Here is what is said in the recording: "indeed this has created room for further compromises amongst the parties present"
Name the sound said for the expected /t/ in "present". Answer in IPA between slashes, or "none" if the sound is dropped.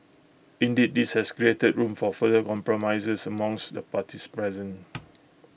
none